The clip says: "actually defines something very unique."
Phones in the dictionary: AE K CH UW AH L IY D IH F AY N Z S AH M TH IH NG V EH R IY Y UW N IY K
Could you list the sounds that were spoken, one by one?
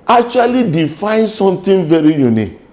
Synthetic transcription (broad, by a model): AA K CH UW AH L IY D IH F AY N S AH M T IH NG V EH R IY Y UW N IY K